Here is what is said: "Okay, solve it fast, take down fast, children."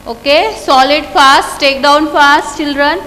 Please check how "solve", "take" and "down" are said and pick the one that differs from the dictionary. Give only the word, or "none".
solve